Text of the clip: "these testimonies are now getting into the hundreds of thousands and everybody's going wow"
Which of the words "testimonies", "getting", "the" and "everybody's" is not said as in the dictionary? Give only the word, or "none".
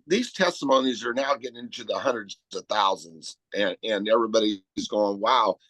none